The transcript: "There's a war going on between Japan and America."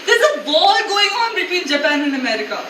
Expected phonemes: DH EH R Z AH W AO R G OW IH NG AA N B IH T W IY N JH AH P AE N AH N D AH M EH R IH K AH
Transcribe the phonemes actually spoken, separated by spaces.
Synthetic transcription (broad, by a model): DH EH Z AH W AO L G OW IH NG AA N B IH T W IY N JH AH P AE N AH N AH M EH R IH K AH